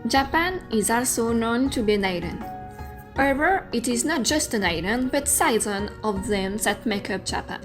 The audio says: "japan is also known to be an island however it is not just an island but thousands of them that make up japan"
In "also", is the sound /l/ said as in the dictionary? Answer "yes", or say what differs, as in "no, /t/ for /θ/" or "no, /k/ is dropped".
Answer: yes